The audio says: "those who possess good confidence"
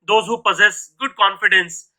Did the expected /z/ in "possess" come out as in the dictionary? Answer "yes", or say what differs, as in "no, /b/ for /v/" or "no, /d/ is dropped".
yes